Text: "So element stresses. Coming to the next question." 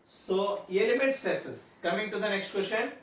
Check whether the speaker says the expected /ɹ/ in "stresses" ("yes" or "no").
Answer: no